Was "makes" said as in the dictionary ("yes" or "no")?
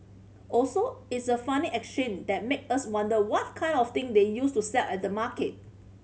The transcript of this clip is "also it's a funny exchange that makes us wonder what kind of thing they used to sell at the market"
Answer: no